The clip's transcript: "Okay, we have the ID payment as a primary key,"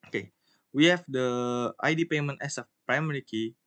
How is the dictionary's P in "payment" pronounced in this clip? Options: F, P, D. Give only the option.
P